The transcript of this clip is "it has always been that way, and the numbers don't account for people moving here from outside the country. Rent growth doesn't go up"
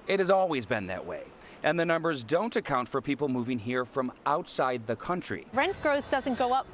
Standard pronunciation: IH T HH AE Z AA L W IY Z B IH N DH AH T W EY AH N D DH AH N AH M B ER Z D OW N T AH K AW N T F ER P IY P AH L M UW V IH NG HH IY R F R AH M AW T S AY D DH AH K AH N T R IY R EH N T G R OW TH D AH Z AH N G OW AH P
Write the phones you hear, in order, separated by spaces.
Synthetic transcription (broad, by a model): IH T HH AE Z AA L W IY Z B IH N DH AH T W EY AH N DH AH N AH M B ER Z D OW N T AH K AW N T F ER P IY P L M UW V IH NG HH IY R F R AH M AW T S AY D DH AH K AH N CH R IY R EH N T G R OW TH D AH Z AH N G OW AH P